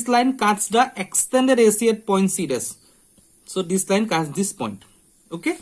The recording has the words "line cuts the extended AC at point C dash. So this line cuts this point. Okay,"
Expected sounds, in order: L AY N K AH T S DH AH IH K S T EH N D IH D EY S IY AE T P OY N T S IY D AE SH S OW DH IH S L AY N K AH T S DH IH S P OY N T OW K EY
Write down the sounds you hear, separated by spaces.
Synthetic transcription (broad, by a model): L AY N K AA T S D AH IH K S T EH N D IH D EY S IY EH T P OY N T S IY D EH S S OW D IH S L AY N K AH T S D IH S P OY N T OW K EY